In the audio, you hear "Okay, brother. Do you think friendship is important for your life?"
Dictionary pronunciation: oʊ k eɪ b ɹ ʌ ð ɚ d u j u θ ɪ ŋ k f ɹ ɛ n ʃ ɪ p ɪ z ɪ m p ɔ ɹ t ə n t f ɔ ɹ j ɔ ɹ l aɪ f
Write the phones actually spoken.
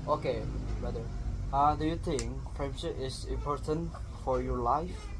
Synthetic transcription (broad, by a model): oʊ k eɪ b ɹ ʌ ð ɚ d u j u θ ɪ ŋ k p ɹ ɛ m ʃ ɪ ɪ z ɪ m p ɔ ɹ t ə n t f ɔ ɹ j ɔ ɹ l aɪ f